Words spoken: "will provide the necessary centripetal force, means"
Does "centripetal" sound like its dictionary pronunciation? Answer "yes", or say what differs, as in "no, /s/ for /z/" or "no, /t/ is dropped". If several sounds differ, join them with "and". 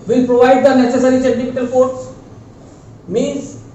no, /ɹ/ is dropped and /f/ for /p/